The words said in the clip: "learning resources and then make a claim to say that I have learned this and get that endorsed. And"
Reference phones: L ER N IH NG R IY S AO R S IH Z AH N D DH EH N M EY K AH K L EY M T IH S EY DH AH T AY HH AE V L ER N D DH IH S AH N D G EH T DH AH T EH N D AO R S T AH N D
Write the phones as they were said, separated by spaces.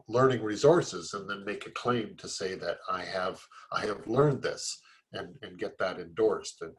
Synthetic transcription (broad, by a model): L ER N IH NG R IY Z AO R S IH Z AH N DH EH N M EY K AH K L EY M T IH S EY DH AH T AY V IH V L ER N DH IH S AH N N G EH T DH AH T EH N D AO R S T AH N